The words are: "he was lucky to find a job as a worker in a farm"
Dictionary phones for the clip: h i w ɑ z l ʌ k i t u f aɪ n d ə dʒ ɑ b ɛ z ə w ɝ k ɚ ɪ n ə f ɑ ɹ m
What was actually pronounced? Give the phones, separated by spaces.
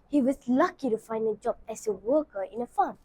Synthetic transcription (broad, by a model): h i w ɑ s l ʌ k i t u f aɪ n d ə dʒ ɑ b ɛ s ə w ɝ k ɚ ɪ n ə f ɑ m